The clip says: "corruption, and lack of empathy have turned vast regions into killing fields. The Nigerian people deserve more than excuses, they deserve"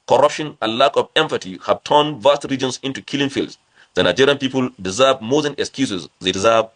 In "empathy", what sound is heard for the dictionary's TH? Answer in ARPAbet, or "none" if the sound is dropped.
T